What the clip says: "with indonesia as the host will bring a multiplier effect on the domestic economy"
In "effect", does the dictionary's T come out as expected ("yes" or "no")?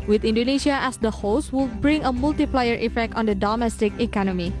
yes